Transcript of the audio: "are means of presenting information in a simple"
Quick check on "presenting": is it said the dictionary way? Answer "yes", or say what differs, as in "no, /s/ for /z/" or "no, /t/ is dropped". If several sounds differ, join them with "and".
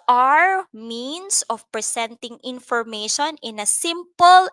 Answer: no, /s/ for /z/